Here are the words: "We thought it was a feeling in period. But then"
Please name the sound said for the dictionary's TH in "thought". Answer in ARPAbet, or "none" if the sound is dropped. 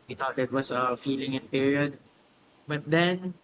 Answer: T